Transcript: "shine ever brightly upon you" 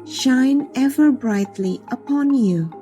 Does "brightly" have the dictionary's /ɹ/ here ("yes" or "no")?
yes